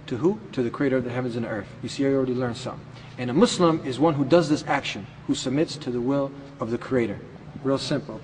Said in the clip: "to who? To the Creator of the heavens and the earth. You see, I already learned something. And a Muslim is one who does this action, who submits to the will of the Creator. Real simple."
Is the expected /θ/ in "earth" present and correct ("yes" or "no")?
yes